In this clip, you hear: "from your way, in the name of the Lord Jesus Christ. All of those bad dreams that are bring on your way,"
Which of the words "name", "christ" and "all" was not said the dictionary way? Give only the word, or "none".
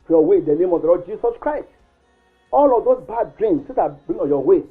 none